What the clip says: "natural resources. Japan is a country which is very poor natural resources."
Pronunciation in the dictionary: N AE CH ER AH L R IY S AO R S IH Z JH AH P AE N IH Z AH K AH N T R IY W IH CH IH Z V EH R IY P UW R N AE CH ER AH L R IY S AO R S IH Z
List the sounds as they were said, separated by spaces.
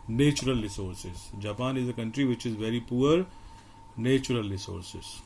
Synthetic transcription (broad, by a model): N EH CH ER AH L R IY S AO R S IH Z JH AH P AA N IH Z AH K AH N T R IY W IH CH IH Z V EH R IY P UW R N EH CH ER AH L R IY S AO R S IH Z